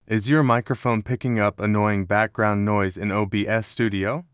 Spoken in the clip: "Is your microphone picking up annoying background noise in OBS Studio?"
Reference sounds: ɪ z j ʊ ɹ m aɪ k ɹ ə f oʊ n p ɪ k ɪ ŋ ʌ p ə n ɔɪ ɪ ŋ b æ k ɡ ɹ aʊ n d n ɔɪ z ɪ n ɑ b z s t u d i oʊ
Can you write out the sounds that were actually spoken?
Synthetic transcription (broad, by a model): ɪ z j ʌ ɹ m aɪ k ɹ ə f oʊ n p ɪ k ɪ ŋ ʌ p ə n ɔɪ ɪ ŋ b æ k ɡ ɹ aʊ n n ɔɪ z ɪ n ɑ b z s t u d i oʊ